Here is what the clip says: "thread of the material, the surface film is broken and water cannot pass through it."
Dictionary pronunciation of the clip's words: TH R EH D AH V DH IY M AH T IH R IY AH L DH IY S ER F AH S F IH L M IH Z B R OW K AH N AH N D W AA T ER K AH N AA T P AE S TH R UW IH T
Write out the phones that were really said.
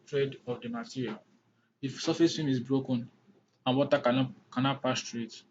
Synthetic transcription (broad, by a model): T R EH D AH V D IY M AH T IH R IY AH L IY S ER F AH S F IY M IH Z B R OW K AH N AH N W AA T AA K AH N AA T P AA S T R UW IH T